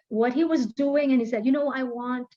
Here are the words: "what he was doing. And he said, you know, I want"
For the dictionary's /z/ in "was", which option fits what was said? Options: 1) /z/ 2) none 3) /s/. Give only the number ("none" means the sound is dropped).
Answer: 1